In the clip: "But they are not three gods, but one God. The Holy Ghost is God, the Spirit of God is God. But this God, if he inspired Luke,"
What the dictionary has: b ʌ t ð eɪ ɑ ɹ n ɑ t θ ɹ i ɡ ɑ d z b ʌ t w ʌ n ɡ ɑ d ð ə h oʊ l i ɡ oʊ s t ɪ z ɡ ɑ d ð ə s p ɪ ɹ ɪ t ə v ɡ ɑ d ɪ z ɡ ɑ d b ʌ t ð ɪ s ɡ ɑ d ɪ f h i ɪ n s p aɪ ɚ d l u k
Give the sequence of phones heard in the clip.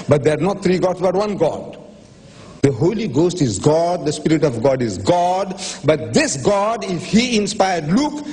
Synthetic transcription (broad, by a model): b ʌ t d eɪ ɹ n ɑ t t ɹ i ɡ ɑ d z b ʌ t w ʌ n ɡ ɑ d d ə h oʊ l i ɡ oʊ s t ɪ z ɡ ɑ d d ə s p ɪ ɹ ɪ t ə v ɡ ɑ d ɪ z ɡ ɑ d b ʌ t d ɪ s ɡ ɑ d ɪ f h i ɪ n s p aɪ ɚ d l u k